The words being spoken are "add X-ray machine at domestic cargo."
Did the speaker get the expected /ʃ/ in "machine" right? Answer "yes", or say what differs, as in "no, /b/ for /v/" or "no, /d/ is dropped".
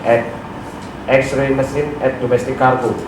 no, /s/ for /ʃ/